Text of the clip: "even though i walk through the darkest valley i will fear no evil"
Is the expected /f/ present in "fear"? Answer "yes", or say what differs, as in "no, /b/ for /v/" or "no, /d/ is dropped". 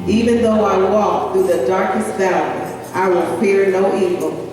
no, /p/ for /f/